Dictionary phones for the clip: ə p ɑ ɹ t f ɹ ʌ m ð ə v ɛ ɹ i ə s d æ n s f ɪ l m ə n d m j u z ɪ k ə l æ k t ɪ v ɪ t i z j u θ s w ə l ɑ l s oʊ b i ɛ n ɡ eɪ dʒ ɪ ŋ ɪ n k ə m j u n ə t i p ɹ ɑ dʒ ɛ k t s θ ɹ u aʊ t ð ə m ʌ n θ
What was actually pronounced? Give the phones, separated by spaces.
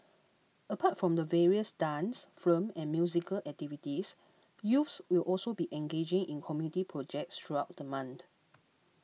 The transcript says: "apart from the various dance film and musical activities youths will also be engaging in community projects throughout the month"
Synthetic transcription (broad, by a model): ə p ɑ t f ɹ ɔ m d ə v ɛ ɹ i ə s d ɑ n s f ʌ m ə n m j u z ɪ k ə l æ k t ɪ v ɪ t i s j u f s w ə l ɑ l s oʊ b i ɛ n ɡ eɪ dʒ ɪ ŋ ɪ n k ə m j u n ə t i p ɹ ɑ dʒ ɛ k t s t ɹ u aʊ t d ə m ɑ n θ